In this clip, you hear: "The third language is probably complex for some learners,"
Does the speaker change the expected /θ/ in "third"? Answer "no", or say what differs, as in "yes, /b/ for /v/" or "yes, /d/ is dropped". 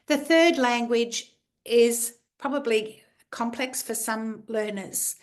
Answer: no